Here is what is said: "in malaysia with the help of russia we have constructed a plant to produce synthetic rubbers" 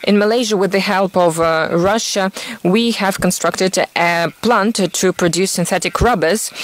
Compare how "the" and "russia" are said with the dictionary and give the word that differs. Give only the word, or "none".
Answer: none